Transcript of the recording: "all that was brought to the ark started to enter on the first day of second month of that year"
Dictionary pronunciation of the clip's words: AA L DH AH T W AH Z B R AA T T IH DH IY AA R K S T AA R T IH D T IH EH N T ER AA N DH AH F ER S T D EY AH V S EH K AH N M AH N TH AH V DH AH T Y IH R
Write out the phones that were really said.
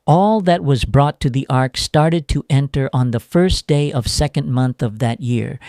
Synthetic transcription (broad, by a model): AA L DH AH T W AH Z B R AA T T IH DH IY AA R K S T AA R T IH D T IH EH N T ER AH N DH AH F ER S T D EY AH V S EH K AH N M AH N TH AH V DH AH T Y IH R